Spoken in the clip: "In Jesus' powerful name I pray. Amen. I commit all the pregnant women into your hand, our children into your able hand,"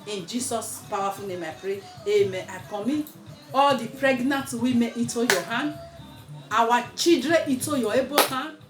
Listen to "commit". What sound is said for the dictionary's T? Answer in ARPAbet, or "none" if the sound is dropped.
none